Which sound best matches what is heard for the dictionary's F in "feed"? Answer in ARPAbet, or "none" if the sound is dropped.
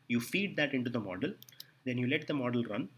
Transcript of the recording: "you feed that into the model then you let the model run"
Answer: F